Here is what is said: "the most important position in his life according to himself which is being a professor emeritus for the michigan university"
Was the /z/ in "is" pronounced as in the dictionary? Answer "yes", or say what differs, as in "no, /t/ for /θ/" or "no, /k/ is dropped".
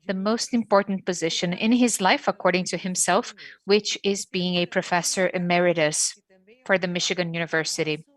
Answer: yes